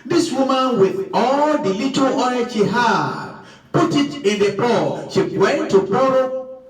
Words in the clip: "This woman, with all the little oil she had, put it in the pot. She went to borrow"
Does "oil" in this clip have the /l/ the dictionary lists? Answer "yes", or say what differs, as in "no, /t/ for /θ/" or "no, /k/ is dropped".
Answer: no, /n/ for /l/